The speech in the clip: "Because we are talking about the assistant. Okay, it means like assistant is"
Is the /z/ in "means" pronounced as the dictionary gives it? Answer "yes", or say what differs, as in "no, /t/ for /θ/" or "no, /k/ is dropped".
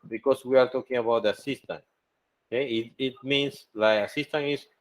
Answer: no, /s/ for /z/